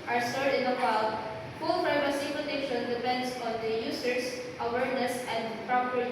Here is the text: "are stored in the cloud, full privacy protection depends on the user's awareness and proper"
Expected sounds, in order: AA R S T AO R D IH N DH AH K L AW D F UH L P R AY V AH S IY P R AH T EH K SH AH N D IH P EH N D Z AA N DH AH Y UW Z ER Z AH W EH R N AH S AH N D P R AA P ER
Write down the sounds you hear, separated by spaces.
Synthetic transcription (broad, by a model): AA R S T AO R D IH N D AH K AW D F UH L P R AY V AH S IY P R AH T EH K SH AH N D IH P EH N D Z AA N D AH Y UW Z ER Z AH W EH R N AH S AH N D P R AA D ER